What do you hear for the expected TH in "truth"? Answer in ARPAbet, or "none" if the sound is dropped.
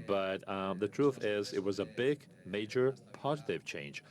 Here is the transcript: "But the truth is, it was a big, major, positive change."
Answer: TH